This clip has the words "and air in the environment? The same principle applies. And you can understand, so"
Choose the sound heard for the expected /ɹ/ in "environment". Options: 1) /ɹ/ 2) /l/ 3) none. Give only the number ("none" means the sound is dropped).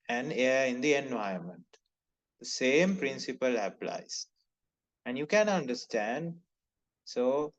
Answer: 3